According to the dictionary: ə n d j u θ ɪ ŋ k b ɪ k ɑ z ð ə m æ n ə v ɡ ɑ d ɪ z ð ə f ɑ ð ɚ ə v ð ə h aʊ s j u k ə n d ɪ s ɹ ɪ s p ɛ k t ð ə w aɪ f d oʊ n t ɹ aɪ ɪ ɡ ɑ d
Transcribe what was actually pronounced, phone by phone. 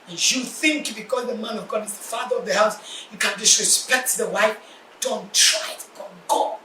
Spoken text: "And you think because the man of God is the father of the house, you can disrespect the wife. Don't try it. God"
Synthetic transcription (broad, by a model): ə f j u θ ɪ ŋ k b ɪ k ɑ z ð ə m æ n ə v ɡ ɑ d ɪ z ð ə f ɑ ð ɚ ə v ð ə h aʊ s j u k ə n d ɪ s ɹ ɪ s p ɛ k t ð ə w aɪ f d oʊ n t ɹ aɪ ɪ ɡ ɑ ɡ